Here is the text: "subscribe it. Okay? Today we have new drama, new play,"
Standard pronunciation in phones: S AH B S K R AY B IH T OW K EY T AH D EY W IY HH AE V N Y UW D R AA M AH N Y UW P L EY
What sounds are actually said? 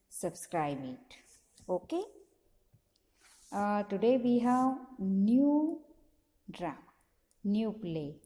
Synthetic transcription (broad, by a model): S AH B S K R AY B IH T OW K EY T AH D EY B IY HH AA W N Y UW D R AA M N Y UW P L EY